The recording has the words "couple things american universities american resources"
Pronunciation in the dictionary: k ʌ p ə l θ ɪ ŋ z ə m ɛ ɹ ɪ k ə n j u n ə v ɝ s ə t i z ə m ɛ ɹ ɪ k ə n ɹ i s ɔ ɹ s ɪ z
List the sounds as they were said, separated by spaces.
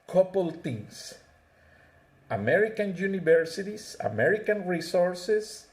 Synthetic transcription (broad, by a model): k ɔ p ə l t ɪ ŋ s ə m ɛ ɹ ɪ k ə n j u n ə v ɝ s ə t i s ə m ɛ ɹ ɪ k ə n ɹ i s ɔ ɹ s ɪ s